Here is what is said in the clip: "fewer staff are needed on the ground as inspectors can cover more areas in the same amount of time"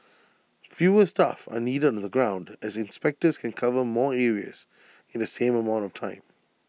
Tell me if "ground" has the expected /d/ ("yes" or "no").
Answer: yes